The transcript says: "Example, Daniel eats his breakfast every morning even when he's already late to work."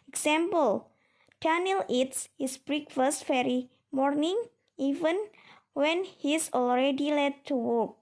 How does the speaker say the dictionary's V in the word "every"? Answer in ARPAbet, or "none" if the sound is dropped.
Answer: none